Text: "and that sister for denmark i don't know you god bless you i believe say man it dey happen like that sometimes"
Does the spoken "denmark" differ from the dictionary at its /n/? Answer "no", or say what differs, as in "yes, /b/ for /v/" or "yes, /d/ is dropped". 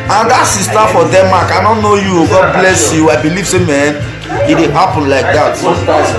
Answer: yes, /n/ is dropped